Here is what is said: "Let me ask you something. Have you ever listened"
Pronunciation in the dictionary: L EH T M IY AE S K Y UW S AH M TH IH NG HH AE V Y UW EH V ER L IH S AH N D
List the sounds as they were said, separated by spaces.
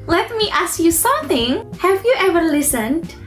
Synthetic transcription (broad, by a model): L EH T M IY AE S K Y UW S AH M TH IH NG HH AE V Y UW EH V ER L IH S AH N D